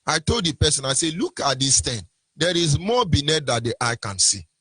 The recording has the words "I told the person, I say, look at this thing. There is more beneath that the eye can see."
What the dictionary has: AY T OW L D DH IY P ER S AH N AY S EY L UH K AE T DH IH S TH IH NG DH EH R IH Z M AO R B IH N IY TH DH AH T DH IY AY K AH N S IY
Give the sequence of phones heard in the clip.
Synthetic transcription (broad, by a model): AY T OW L D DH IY P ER S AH N AY S EY L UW K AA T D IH S T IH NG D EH R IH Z M AO B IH N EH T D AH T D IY AY K AH N S IY